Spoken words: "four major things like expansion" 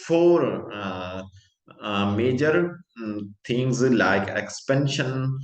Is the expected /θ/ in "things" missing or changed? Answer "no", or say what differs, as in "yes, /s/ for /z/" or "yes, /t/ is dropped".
yes, /t/ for /θ/